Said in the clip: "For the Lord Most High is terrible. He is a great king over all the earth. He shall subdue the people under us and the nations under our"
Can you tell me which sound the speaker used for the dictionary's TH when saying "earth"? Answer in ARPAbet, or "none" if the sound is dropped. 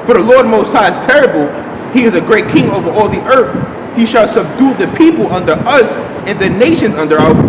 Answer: TH